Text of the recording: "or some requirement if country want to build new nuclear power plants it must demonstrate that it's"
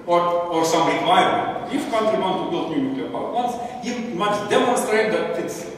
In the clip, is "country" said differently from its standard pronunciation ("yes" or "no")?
no